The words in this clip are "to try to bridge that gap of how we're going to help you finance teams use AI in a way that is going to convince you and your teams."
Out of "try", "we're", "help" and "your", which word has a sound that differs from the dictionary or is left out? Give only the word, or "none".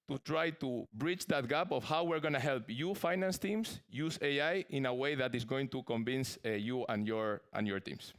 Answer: none